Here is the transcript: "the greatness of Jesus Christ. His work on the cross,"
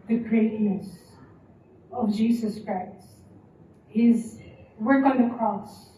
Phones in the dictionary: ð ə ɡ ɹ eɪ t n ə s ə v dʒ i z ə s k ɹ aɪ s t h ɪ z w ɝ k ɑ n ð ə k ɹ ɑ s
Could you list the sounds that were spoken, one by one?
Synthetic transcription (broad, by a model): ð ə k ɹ eɪ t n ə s ə v dʒ i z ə s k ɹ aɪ s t h ɪ z w ɝ k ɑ n ð ə k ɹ ɑ s